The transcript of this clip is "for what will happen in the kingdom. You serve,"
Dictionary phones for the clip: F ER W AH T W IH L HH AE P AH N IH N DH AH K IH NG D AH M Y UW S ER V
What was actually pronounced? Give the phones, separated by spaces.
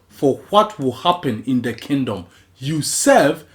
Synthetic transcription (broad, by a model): F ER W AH T W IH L HH AE P AH N IH N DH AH K IH NG D AH M Y UW S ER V